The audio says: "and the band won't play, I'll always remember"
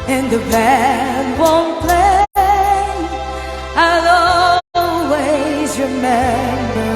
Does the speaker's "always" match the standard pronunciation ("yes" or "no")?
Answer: yes